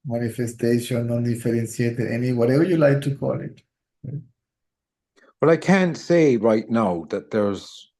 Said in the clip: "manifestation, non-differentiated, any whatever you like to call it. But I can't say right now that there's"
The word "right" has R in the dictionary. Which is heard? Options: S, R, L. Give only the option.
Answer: R